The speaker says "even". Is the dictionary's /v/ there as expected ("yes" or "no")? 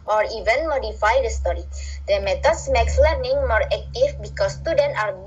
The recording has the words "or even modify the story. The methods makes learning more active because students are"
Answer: yes